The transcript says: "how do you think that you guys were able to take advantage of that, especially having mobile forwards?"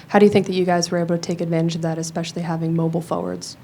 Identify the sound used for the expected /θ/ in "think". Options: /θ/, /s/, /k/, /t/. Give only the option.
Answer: /θ/